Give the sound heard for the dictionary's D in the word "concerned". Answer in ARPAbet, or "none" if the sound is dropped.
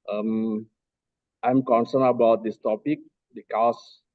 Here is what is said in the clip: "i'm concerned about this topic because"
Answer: none